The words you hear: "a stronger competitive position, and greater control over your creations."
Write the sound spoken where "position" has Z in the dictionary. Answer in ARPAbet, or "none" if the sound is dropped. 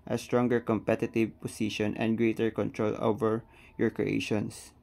S